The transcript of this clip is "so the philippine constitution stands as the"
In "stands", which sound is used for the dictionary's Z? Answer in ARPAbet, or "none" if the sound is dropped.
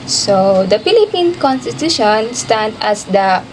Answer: none